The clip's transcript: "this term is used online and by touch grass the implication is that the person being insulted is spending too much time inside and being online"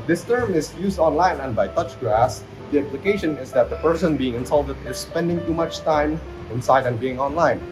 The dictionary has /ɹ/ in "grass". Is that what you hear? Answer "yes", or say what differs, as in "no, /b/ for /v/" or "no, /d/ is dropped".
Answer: no, /ɹ/ is dropped